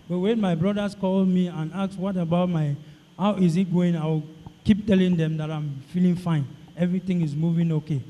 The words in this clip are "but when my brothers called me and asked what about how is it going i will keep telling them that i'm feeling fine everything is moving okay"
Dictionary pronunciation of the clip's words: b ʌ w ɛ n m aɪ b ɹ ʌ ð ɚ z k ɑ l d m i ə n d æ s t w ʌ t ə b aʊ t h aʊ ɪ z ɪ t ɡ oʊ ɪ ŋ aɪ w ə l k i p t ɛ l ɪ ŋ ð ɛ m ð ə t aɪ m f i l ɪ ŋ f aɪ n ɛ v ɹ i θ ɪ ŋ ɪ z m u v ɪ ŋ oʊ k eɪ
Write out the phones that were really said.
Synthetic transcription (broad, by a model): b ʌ w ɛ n m aɪ b ɹ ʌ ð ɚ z k ɑ l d m i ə n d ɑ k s w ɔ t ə b aʊ t h aʊ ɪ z ɪ t ɡ oʊ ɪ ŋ aɪ w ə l k i p t ɛ l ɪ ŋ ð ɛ m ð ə t aɪ m f i l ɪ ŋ f aɪ n ɛ v ɹ i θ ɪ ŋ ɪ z m u v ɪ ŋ oʊ k eɪ